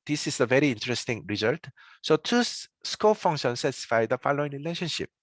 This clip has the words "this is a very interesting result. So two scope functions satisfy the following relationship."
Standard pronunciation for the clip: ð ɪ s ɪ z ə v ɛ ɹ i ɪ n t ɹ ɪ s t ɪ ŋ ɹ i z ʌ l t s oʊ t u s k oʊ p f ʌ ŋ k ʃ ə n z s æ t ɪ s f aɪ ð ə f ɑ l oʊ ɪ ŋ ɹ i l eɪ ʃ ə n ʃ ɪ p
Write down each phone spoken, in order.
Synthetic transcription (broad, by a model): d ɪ s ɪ s ə v ɛ ɹ i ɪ n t ɹ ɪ s t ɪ ŋ ɹ i z ʌ l t s oʊ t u s k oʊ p f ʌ ŋ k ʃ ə n s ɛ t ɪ s f aɪ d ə f ɑ l oʊ ɪ ŋ ɹ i l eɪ ʃ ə n ʃ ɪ p